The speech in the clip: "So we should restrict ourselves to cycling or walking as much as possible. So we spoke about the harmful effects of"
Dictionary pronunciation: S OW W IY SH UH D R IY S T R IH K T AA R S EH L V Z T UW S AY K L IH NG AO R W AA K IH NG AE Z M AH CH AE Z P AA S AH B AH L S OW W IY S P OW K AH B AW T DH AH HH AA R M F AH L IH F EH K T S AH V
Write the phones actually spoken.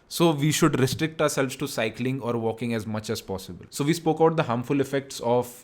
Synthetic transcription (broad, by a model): S OW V IY SH UH D R IY S T R IH K T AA R S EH L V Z T UW S AY K L IH NG AO R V AA K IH NG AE Z M AH CH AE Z P AA S AH B AH L S OW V IY S P OW K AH UH T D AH HH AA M F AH L IH F EH K T S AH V